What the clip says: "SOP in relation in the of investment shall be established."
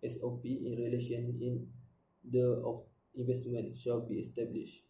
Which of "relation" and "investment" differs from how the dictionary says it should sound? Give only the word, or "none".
none